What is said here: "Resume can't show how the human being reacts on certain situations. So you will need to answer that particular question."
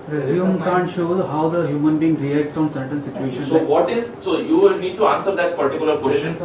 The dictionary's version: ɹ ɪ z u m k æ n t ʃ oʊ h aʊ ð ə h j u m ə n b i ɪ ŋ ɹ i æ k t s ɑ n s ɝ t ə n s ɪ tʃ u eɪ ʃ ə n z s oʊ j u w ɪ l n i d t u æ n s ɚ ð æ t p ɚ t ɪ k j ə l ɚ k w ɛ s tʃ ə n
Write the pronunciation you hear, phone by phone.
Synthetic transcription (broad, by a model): ɹ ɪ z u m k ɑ n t ʃ oʊ h aʊ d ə h j u m ə n b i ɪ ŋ ɹ i æ k t s ɑ n s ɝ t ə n s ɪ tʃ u eɪ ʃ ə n s oʊ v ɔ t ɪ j n i d t u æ n s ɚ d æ t p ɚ t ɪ k j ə l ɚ k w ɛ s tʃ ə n